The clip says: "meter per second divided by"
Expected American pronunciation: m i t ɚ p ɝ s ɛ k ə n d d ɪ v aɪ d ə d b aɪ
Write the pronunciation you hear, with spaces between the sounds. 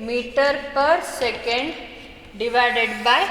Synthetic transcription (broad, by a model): m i t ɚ p ɝ s ɛ k ə n d d ɪ v aɪ d ə d b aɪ